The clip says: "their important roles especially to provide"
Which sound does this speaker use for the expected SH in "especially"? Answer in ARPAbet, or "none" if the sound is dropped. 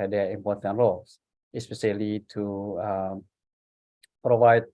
S